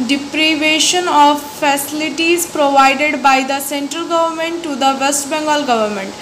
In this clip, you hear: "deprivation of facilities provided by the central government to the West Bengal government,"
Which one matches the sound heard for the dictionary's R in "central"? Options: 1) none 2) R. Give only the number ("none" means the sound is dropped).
2